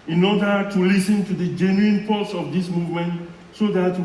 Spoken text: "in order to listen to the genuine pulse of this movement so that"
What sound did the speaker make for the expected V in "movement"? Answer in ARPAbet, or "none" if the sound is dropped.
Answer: V